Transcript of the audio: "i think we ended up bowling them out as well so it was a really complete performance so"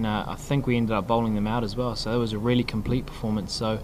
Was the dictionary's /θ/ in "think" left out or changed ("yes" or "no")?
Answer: no